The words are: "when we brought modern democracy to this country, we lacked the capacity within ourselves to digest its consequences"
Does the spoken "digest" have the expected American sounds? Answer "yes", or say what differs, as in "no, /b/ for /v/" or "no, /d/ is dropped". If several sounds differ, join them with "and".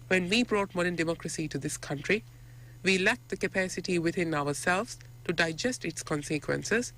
yes